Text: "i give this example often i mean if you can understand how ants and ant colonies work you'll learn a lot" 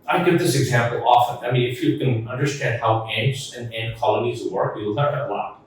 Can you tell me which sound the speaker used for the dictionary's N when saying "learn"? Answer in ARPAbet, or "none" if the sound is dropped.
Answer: none